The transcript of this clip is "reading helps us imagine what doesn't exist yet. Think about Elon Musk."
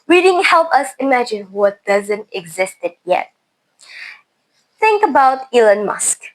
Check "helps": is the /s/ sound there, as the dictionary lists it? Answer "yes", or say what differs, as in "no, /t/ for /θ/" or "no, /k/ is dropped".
no, /s/ is dropped